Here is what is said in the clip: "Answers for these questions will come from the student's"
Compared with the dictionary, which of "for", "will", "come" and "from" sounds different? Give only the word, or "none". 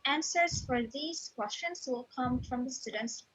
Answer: none